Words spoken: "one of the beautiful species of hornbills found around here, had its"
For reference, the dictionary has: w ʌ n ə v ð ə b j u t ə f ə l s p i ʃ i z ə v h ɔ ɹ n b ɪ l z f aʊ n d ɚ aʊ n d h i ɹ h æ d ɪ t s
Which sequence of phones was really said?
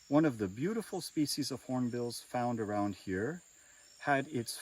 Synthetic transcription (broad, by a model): w ʌ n ə v ð ə b j u t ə f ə l s p i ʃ i z ə v h ɔ ɹ n b ɪ l z f aʊ n d ɚ aʊ n d h i ɹ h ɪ d ɪ t s